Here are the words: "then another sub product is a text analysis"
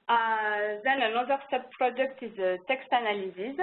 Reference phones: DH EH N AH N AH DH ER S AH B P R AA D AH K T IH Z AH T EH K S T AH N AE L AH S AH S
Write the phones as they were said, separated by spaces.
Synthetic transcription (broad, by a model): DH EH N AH N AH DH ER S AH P P R AA D AH K T IH Z AH T EH K S T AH N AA L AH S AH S